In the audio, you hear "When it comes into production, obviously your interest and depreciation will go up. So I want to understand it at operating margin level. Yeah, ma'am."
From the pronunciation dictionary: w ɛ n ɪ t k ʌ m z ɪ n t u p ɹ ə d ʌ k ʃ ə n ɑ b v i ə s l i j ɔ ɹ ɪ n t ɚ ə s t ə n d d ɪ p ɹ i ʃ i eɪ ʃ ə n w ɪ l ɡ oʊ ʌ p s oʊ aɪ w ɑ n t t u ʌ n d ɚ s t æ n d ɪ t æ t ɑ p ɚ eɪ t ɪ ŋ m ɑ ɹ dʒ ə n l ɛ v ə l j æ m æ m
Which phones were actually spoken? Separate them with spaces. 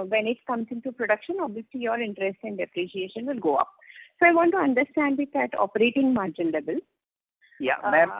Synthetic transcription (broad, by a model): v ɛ n ɪ t k ʌ m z ɪ n t u p ɹ ə d ʌ k ʃ ə n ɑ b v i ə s l i j ɔ ɹ ɪ n t ɚ ə s t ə n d d ɪ p ɹ i ʃ i eɪ ʃ ə n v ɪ l ɡ oʊ ʌ p s oʊ aɪ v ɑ n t t u ʌ n d ɚ s t æ n d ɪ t æ t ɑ p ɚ eɪ t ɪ ŋ m ɑ ɹ dʒ ə n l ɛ b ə l j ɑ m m